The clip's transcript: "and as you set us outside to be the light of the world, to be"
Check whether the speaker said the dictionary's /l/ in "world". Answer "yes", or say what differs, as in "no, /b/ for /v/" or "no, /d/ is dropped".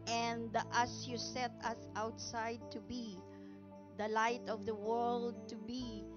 yes